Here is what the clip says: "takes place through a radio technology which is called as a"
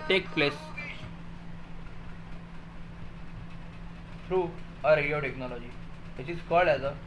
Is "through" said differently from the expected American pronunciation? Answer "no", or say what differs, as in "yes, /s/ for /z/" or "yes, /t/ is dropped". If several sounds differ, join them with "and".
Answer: yes, /f/ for /θ/